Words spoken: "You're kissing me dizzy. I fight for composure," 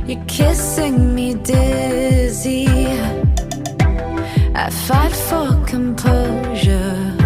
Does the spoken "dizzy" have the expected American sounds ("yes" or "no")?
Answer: yes